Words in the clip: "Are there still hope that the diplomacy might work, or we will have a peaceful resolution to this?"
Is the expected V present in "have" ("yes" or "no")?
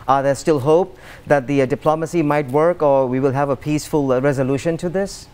yes